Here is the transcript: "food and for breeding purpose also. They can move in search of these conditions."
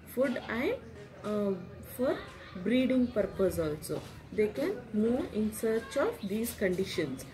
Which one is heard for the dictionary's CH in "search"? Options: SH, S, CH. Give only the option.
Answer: CH